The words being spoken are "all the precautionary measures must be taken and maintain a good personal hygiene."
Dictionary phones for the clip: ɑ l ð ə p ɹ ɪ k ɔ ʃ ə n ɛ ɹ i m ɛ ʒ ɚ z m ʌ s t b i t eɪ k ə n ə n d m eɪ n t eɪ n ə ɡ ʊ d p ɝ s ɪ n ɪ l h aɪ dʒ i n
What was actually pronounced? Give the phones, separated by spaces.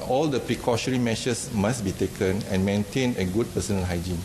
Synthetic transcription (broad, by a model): ɑ l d ə p ɹ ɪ k ɔ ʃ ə ɹ i m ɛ ʃ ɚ s m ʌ s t b i t eɪ k ə n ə n m eɪ n t eɪ n ə ɡ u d p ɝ s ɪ n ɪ l h aɪ dʒ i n